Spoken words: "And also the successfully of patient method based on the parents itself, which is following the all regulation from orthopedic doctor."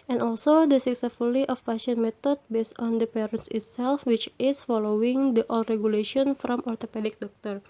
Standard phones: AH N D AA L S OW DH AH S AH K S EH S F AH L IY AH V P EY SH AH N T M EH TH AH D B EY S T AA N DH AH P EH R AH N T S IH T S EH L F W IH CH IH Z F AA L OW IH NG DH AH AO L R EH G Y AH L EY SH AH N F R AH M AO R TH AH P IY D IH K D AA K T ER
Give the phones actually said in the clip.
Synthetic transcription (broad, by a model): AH N AA L S OW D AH S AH K S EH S F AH L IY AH F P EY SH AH N M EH T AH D B EY S T AA N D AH P EH R AH N T S IH T S EH L F W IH CH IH S F AA L OW IH NG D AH AO L R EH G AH L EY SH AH N F R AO M AO R T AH P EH D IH K D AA K T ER